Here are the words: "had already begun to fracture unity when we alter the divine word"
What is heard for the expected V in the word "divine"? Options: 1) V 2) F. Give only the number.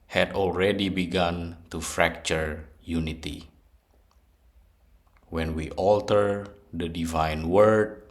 1